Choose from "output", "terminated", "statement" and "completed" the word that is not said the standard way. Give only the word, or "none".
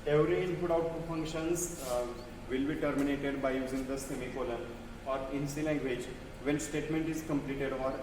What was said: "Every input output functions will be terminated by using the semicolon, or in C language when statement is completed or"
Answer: output